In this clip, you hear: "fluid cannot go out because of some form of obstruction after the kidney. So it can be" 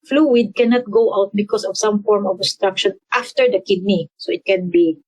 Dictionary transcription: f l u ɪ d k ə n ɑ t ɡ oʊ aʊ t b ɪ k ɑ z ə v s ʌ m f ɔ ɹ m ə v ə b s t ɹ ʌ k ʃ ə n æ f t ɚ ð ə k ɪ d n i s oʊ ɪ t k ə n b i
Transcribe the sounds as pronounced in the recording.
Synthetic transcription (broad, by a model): f l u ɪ d k ə n ɑ t ɡ oʊ aʊ t b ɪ k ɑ s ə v s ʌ m f ɔ ɹ m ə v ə s t ɹ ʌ k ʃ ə n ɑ f t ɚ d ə k ɪ d n i s oʊ ɪ t k ə n b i